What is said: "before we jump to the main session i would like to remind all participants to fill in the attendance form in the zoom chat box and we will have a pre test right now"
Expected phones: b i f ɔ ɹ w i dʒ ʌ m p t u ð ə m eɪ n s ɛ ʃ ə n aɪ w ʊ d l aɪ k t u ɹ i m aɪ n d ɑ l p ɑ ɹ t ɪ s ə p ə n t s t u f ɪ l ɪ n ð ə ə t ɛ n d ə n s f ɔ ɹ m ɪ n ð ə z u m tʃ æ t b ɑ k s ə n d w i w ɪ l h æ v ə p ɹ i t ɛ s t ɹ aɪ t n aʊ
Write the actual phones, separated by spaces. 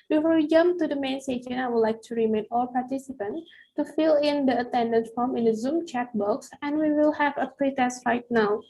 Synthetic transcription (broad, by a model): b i f ɔ ɹ w i dʒ ʌ m p t u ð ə m eɪ n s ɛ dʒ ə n aɪ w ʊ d l aɪ k t u ɹ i m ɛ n ɑ l p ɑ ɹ t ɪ s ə p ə n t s t u f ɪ l ɪ n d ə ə t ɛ n d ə n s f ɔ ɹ m ɪ n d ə z u m tʃ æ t b ɑ k s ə n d w i w ɪ l h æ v ə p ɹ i t ɛ s t ɹ aɪ t n aʊ